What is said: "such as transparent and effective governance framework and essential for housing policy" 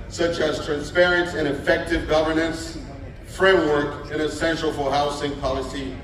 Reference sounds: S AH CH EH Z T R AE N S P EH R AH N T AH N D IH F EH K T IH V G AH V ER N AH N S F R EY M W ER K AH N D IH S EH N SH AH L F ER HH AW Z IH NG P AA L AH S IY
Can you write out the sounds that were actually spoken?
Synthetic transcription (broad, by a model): S AH CH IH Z T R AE N S P EH R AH N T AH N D IH F EH K T IH V G AH V ER N AH N S F R EY M W ER K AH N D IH S EH N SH L F ER HH AW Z IH NG P AA L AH S IY